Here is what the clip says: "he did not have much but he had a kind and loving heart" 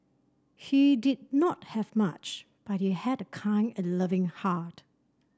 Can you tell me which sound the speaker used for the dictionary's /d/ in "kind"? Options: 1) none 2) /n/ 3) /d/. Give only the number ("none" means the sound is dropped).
1